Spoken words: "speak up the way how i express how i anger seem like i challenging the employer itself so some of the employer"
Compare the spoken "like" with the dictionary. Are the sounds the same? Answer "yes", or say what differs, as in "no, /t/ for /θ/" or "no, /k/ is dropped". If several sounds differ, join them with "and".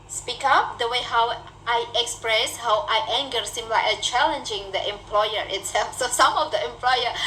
no, /k/ is dropped